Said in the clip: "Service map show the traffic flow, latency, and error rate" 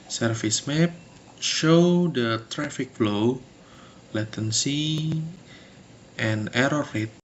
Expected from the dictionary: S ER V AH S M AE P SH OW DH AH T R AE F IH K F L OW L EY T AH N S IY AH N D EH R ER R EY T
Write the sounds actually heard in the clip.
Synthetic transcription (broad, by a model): S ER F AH S M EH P SH OW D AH T R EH F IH K F L OW L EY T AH N S IY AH N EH R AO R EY T